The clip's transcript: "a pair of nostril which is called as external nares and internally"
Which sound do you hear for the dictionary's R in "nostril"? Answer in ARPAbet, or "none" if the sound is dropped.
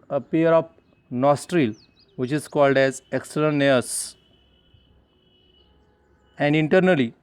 R